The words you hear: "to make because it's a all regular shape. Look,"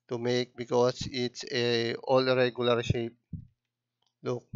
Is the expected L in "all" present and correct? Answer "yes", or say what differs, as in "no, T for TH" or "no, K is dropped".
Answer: yes